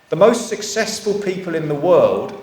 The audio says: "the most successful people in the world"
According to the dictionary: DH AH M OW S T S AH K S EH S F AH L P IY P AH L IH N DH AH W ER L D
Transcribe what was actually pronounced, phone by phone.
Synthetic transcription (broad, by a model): DH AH M OW S T S AH K S EH S F AH L P IY P AH L IH N DH AH W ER L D